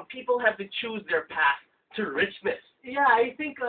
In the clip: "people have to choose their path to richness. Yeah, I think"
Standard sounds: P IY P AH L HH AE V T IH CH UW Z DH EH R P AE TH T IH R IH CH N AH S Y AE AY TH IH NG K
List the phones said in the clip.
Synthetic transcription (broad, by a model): P IY P L HH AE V T IH CH UW Z DH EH R P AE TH T IH R IH CH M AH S Y AE AY TH IH NG K